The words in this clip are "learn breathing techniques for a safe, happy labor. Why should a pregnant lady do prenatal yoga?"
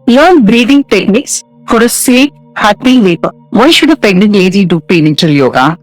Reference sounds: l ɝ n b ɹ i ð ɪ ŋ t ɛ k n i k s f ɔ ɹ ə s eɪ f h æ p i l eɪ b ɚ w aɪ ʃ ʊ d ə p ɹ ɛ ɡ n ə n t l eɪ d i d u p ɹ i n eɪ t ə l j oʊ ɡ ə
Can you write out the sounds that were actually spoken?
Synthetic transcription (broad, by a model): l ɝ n b ɹ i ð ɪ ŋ t ɛ k n i k s f ɔ ɹ ə s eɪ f h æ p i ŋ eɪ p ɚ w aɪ ʃ ʊ d ə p ɛ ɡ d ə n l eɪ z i d u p i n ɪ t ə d j oʊ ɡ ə